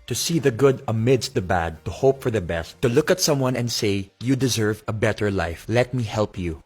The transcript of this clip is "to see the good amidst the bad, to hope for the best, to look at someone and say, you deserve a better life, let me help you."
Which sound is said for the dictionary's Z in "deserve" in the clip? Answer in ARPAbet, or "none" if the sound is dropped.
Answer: Z